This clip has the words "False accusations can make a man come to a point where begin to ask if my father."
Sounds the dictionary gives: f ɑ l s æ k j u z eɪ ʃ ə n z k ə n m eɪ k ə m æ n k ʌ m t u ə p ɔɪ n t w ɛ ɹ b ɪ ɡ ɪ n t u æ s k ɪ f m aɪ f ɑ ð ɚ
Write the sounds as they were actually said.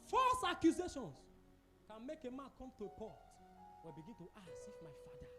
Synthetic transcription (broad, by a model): f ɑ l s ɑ k j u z eɪ ʃ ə n s k ə n m eɪ k ə m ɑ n k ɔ m t u ə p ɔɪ t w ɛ b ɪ ɡ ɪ n t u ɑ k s ɪ f m aɪ f ɑ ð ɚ